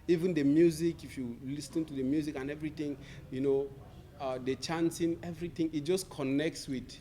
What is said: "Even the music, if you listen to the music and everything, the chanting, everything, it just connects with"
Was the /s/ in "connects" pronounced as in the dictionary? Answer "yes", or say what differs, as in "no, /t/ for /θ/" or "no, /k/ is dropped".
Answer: yes